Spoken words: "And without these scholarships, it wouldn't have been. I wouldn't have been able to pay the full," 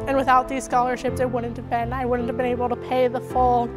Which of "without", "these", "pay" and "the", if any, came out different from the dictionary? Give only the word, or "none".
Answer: none